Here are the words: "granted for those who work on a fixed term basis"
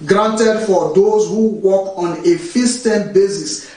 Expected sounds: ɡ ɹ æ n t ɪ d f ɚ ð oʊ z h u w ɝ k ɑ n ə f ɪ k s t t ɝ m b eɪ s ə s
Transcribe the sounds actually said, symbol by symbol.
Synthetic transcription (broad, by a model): ɡ ɹ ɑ n t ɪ d f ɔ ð oʊ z h u w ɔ k ɑ n ə f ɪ s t t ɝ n b eɪ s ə s